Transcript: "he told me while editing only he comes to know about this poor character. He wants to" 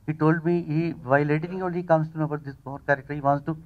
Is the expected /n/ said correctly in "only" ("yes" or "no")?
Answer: no